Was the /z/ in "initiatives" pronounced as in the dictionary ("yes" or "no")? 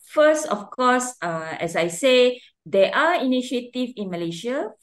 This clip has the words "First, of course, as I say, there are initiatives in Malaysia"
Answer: no